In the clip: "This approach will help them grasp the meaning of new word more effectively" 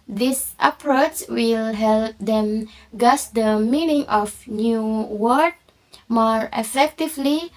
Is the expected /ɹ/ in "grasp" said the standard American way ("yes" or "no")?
no